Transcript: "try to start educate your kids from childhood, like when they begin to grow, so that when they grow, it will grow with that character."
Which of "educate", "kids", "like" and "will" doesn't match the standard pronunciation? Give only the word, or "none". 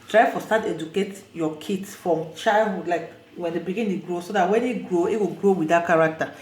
kids